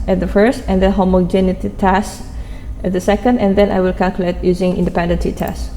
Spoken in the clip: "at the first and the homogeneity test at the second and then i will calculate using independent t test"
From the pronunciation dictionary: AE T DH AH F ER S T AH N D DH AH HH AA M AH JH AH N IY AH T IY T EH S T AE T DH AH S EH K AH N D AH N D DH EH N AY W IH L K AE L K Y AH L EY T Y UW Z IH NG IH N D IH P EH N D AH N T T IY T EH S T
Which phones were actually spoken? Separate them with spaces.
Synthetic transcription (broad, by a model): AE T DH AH F ER S T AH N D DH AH HH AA M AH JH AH N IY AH T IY T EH S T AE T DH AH S EH K AH N D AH N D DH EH N AY W IH L K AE L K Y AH L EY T Y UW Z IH NG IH N D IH P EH N D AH N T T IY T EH S